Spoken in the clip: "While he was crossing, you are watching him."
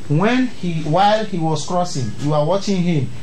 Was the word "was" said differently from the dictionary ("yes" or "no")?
yes